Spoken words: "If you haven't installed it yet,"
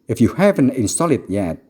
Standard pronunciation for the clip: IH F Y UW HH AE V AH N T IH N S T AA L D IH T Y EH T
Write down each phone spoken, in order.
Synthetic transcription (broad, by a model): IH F Y UW HH AE V AH N T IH N S T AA L IH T Y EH T